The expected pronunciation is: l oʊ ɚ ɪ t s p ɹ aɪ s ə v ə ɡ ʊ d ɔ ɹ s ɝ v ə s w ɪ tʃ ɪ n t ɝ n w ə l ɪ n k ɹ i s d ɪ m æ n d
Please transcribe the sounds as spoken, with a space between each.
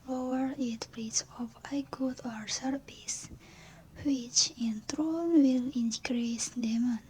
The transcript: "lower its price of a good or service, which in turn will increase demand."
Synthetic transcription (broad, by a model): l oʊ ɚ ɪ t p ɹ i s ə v ə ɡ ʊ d ɔ ɹ s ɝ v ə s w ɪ tʃ ɪ n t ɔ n w ə l ɪ n k ɹ i s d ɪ m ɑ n